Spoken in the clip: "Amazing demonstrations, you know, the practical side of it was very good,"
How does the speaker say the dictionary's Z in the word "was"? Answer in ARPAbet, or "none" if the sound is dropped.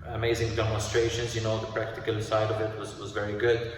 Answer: Z